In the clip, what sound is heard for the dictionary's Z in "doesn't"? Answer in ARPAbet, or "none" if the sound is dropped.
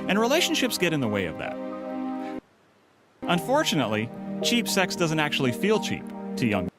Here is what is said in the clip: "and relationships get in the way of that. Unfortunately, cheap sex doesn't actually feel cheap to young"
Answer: Z